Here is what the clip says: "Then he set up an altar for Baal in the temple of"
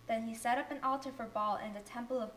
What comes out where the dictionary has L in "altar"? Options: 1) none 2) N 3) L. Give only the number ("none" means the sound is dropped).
3